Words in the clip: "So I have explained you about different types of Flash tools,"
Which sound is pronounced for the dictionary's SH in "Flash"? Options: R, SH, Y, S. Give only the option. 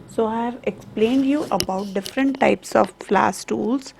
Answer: S